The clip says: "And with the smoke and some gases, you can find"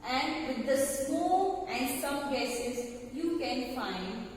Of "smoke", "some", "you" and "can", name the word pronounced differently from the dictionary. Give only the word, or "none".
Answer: smoke